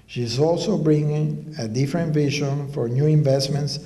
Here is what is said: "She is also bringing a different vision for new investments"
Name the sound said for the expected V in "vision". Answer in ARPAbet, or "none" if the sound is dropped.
V